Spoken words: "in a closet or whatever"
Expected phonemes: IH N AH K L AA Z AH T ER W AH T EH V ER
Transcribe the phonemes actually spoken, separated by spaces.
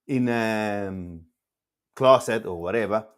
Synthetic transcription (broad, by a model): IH N AH K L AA S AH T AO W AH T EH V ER